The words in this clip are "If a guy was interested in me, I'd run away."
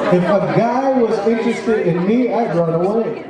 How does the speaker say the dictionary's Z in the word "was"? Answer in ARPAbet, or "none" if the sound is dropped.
Z